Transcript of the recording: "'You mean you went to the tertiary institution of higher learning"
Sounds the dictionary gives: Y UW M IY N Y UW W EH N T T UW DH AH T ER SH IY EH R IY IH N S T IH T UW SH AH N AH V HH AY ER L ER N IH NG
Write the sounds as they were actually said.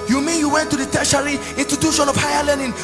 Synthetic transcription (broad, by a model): Y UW M IY N Y UW W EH N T T UW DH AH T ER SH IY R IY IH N T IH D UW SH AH N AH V HH AY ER L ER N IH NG